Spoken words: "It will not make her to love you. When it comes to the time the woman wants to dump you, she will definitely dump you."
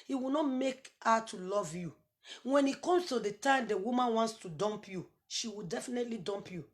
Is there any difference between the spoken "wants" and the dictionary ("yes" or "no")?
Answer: no